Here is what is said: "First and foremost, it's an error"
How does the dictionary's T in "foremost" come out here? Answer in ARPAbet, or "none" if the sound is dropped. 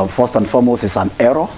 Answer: none